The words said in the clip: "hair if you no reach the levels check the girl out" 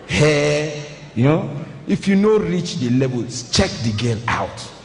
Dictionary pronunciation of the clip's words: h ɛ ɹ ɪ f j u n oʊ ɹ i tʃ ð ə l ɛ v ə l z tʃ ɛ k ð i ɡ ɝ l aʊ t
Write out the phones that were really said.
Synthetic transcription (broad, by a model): h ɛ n ɪ f j u n oʊ ɹ i tʃ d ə l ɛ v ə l tʃ ɛ k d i ɡ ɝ n aʊ t